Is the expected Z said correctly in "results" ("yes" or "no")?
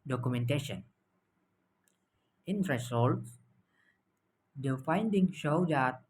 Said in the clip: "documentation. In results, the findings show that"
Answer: no